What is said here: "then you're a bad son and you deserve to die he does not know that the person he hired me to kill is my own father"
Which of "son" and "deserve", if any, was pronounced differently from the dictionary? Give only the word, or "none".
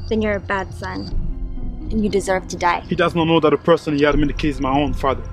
none